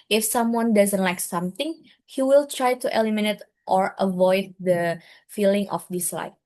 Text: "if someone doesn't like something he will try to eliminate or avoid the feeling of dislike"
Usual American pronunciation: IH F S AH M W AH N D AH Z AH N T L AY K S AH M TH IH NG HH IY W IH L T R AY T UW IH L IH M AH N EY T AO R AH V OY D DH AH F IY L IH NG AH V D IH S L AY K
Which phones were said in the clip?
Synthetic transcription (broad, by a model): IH F S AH M W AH N D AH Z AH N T L AY K S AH M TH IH NG HH IY W IH L T R AY T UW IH L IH M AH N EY T AO R AH V OY D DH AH F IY L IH NG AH F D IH S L AY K